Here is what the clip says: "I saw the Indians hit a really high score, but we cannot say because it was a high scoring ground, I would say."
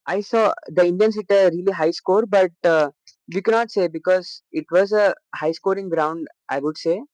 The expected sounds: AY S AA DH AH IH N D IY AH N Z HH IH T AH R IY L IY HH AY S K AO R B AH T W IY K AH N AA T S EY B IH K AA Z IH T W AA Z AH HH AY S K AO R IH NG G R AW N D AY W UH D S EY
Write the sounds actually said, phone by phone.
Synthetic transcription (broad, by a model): AY S AA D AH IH N D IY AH N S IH T AH R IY L IY HH AY S K AO R B AH T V IY K AH N AA T S EY B IH K AA Z IH T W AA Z AH HH AY S K AO R IH NG G R AW N D AY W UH D S EY